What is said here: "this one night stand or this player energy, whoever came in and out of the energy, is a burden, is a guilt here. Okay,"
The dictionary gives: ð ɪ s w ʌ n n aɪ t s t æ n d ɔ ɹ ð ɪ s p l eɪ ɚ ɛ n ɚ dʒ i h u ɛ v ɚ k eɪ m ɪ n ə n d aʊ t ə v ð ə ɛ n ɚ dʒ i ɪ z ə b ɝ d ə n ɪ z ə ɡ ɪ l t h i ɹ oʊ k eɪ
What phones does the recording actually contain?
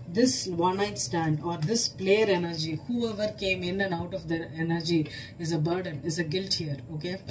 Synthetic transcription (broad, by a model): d ɪ s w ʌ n n aɪ t s t æ n d ɔ ɹ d ɪ s p l eɪ ɚ ɛ n ɚ dʒ i h u ɛ v ɚ k eɪ m ɪ n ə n aʊ t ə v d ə ɛ n ɚ dʒ i ɪ z ə b ɝ d ə n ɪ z ə ɡ ɪ l t h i ɹ oʊ k eɪ